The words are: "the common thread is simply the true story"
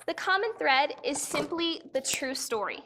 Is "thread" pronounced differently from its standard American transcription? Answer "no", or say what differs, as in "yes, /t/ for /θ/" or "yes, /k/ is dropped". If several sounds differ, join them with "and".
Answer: no